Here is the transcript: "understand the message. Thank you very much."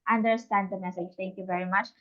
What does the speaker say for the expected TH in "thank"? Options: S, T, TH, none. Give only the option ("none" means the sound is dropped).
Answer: T